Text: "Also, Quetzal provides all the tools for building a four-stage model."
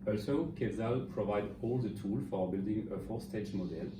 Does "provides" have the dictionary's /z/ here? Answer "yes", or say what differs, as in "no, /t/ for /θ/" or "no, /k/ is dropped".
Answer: no, /z/ is dropped